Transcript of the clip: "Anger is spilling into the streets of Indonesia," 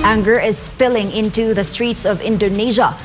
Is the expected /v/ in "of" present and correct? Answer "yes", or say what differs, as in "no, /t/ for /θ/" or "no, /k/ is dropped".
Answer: yes